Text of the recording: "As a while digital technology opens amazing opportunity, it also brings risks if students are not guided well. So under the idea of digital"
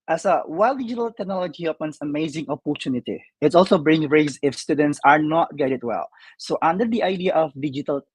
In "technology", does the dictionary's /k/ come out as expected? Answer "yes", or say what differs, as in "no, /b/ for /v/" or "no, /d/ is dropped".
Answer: yes